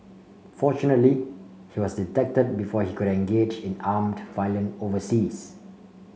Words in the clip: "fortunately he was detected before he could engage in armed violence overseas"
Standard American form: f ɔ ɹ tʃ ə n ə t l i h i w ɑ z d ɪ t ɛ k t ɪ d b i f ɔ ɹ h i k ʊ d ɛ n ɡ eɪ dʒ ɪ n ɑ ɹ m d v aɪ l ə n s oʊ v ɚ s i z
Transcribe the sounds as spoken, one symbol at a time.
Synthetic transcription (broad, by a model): f ɔ tʃ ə n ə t l i h i w ɑ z d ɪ t ɛ k t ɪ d b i f ɔ h i k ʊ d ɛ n ɡ eɪ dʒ ɪ n ɑ m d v aɪ l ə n oʊ v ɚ s i s